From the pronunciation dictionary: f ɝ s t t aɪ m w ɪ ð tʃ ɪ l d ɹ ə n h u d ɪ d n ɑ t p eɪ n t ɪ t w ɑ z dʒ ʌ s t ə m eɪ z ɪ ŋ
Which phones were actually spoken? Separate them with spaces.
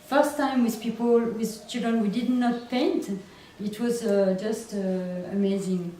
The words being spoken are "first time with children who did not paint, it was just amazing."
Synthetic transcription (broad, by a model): f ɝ s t t aɪ m w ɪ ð tʃ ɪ l d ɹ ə n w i d ɪ d n ɑ t p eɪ n t ɪ t w ɑ z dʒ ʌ s t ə m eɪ z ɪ ŋ